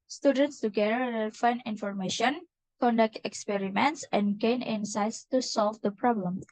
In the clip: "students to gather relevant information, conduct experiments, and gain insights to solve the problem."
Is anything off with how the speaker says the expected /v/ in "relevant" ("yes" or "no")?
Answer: yes